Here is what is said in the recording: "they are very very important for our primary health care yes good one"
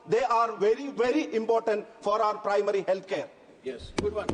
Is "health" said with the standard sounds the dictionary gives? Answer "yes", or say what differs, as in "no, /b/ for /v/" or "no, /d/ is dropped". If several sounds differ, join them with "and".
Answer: no, /t/ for /θ/